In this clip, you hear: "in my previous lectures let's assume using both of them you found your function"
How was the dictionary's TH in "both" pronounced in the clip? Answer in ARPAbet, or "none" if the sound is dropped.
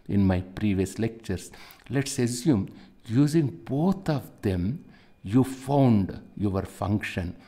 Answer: T